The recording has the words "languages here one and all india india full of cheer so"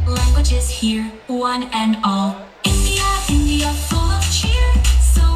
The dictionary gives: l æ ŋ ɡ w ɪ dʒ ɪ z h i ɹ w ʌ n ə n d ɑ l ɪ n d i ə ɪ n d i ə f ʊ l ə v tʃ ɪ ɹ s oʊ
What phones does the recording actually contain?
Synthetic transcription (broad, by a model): l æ ŋ ɡ w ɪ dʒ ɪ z h i ɹ w ʌ n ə n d ɑ l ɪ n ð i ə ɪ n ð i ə f ʊ l ə v tʃ ɪ ɹ s oʊ